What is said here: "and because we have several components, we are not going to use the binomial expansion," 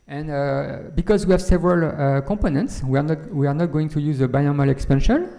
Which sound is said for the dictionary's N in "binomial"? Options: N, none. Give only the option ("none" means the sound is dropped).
none